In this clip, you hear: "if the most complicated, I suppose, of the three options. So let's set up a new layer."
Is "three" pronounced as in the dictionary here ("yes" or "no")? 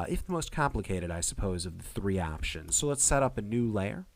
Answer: yes